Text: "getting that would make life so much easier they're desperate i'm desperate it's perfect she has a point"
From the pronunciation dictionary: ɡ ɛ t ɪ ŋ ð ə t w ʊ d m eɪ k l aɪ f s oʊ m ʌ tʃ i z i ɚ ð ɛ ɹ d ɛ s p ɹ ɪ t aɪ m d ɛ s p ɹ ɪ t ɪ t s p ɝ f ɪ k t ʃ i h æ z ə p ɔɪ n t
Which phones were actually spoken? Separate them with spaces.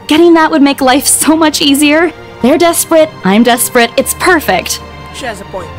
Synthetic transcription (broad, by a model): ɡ ɛ t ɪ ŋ ð ə t w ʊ d m eɪ k l aɪ f s oʊ m ʌ tʃ i z i ɚ ð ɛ ɹ d ɛ s p ɹ ɪ t aɪ m d ɛ s p ɹ ɪ t ɪ t s p ɝ f ɪ k t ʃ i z ə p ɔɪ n